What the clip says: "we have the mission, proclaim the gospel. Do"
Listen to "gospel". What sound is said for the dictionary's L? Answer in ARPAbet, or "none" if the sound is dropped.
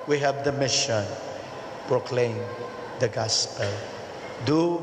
L